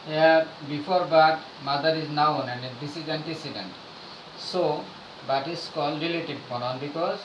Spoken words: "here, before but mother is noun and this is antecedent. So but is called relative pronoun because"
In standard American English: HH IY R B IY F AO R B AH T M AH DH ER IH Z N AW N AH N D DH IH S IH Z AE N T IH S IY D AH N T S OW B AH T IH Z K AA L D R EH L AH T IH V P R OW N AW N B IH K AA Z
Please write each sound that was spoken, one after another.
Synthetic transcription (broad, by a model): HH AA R B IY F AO R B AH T M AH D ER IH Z N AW N AH N D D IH S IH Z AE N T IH S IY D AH N T S OW B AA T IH S K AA L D R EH L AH T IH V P OW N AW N B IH K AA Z